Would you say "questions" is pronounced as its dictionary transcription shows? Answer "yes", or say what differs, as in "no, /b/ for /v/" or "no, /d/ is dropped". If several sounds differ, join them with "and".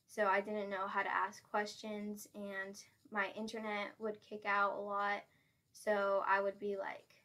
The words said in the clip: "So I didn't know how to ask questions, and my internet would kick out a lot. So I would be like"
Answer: yes